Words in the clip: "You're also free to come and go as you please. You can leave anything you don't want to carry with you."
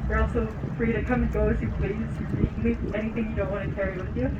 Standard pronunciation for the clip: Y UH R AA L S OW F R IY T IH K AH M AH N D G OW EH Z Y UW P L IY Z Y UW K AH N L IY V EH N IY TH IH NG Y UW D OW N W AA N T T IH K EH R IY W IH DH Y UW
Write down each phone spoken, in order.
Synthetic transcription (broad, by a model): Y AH R AA L S OW F R IY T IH K AH M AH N G OW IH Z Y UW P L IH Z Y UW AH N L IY EH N IY TH IH NG Y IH D OW N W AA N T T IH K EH R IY W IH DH Y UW